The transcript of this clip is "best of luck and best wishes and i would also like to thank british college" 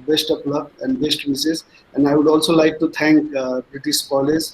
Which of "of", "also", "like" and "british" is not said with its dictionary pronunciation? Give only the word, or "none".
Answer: of